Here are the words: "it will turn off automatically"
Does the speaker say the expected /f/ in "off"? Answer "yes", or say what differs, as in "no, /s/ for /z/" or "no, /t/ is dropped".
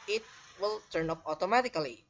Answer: no, /p/ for /f/